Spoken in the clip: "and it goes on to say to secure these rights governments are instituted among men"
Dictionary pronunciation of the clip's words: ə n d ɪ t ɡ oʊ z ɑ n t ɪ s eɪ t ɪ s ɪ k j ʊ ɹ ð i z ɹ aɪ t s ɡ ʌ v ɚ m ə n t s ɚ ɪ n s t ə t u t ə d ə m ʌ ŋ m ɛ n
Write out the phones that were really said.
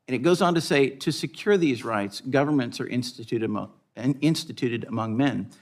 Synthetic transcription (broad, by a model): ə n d ɪ t ɡ oʊ z n t ɪ s eɪ t ɪ s ɪ k j ʊ ɹ ð i z ɹ aɪ t s ɡ ʌ v ɚ m ə n t s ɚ ɪ n s t ə t u t ə d ə m ʌ ŋ m ɛ n